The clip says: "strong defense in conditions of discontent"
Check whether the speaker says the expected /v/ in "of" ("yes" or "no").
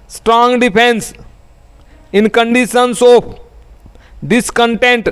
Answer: no